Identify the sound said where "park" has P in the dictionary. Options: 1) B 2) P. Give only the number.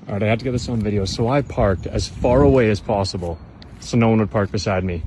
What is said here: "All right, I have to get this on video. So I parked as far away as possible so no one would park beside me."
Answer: 2